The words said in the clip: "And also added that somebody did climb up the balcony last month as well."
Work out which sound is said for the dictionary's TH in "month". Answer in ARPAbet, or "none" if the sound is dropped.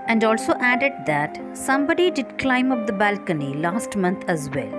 T